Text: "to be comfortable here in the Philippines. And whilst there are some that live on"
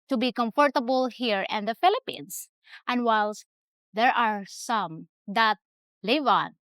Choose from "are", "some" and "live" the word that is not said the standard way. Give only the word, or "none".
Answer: none